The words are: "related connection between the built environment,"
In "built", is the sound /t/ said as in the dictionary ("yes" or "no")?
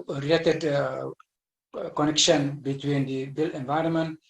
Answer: no